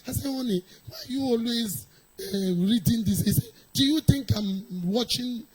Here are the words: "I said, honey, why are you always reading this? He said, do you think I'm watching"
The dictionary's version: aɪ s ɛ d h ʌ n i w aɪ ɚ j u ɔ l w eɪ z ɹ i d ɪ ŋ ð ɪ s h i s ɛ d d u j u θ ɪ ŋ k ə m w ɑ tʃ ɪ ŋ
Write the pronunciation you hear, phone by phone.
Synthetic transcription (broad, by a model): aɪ s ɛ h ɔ n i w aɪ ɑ j u ɔ l w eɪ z ɹ i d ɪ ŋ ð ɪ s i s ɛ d d u j u t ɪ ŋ k ə m w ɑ tʃ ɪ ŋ